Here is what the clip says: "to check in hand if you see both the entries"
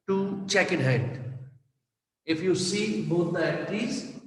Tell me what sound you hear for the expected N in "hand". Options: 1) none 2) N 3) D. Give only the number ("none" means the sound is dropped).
1